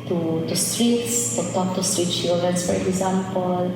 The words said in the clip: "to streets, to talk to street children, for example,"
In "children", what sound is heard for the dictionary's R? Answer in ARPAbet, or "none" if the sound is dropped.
none